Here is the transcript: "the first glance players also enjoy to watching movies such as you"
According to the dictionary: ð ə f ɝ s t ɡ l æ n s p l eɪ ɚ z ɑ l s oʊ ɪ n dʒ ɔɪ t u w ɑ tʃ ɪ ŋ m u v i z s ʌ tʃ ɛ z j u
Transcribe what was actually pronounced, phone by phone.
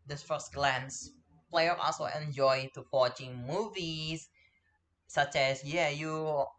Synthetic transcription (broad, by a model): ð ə f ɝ s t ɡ l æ n s p l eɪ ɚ ɑ l s oʊ ɪ n dʒ ɔɪ t u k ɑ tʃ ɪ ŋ m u v i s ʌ tʃ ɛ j j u